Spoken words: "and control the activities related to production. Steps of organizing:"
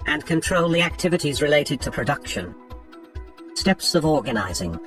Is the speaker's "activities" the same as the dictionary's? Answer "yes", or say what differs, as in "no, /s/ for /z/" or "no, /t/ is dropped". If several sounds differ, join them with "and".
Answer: yes